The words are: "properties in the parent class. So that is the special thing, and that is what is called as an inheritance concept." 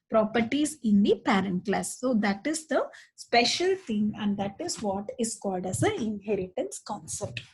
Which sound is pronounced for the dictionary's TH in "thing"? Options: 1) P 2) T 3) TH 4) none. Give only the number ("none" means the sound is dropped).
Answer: 2